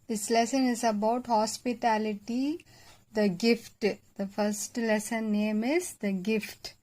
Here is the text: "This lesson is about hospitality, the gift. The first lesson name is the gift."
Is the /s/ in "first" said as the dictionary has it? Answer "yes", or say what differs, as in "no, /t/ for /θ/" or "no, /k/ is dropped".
yes